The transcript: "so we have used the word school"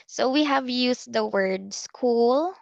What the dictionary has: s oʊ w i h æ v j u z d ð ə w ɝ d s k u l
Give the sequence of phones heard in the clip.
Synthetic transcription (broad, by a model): s oʊ w i h æ v j u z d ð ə w ɝ d s k u l